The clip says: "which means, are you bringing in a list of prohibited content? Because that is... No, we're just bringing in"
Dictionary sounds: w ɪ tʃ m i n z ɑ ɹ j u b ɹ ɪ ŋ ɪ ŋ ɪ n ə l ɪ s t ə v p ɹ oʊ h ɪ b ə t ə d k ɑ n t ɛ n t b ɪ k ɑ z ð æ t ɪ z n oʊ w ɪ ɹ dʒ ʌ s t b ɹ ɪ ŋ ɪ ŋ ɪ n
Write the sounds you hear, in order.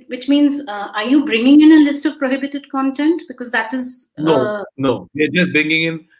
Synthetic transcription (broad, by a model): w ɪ tʃ m i n z ɑ ɹ j u b ɹ ɪ ŋ ɪ ŋ ɪ n ə l ɪ s t ə v p ɹ oʊ h ɪ b ə t ə d k ɑ n t ɛ n t b ɪ k ɑ z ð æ t ɪ z n oʊ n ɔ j dʒ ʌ s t b ɹ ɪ ŋ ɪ ŋ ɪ n